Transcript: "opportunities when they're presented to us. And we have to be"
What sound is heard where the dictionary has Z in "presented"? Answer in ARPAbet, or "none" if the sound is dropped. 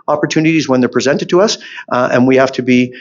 Z